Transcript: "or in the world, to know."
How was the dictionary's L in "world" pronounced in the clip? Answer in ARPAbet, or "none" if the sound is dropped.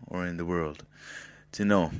L